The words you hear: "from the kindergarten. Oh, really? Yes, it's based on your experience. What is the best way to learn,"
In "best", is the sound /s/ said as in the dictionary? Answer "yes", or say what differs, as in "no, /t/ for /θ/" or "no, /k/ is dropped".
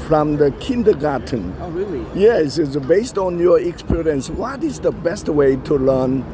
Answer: yes